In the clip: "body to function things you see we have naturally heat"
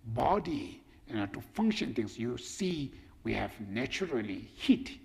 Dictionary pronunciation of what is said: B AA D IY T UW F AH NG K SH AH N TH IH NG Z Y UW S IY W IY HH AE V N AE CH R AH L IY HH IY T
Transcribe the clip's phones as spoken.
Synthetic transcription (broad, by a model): B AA D IY T UW F AH NG K SH AH N T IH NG S Y UW S IY W IY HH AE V N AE CH R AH L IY HH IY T